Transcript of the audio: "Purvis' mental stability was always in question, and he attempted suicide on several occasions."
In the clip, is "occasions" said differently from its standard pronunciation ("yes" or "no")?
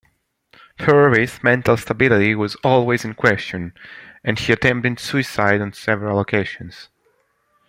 yes